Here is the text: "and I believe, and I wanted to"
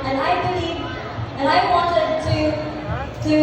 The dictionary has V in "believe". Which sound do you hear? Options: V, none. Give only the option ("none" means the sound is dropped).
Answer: none